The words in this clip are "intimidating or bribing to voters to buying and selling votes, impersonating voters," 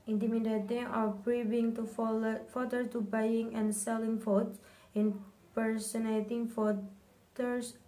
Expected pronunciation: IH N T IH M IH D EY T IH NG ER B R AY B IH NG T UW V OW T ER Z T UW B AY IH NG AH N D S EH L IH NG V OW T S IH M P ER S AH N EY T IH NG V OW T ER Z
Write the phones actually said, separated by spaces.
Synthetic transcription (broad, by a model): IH N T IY M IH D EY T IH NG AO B R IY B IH NG T UW F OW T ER T UW B AY IH NG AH N S EH L IH NG F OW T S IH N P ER S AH N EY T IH NG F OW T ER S